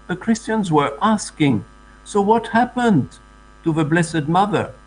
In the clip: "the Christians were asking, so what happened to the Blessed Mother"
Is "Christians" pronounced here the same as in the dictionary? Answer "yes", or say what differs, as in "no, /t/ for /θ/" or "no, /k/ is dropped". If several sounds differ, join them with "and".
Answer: yes